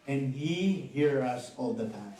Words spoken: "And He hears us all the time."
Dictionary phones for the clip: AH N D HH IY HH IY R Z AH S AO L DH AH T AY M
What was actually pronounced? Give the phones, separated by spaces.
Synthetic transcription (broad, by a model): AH N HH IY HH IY R AH S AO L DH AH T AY